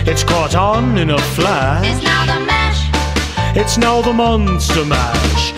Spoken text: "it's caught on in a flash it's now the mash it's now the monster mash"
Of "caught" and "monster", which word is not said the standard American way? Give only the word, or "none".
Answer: none